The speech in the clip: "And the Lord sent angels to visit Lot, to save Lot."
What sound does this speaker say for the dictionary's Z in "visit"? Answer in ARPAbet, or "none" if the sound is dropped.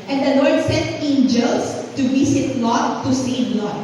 S